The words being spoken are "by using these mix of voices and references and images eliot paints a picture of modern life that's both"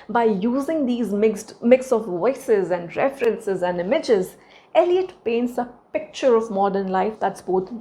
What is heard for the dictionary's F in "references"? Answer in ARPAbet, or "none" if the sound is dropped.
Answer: F